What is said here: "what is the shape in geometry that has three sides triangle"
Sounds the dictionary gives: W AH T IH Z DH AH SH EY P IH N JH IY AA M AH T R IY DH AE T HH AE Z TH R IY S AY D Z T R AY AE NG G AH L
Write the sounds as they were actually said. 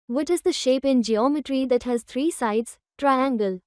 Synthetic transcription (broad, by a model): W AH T IH Z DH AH SH EY P IH N JH IY AA M AH T R IY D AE T HH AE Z T R IY S AY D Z T R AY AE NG G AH L